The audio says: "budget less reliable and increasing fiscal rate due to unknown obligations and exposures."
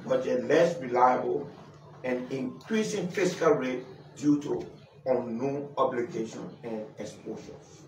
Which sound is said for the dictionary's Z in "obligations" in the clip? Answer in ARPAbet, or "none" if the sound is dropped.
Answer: none